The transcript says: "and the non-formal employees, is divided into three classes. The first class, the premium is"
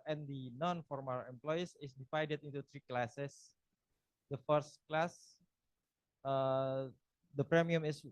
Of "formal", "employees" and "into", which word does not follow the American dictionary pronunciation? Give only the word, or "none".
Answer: employees